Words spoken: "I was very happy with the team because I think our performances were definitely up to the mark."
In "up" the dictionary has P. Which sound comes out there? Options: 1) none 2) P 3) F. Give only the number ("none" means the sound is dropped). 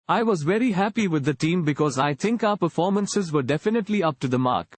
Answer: 2